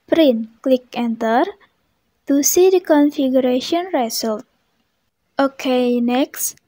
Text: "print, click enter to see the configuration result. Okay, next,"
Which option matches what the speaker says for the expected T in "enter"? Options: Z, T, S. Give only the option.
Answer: T